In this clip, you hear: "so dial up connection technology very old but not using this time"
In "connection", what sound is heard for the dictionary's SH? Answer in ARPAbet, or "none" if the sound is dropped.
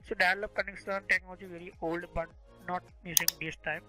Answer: S